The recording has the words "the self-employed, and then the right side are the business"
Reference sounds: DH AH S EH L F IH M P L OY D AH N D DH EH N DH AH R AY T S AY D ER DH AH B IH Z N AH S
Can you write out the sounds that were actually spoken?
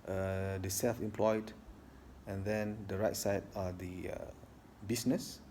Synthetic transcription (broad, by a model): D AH S EH L F IH M P L OY D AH N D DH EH N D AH R AY T S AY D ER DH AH B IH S N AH S